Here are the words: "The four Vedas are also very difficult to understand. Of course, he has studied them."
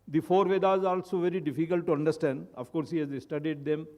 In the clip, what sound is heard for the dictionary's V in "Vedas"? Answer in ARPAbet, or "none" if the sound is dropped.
V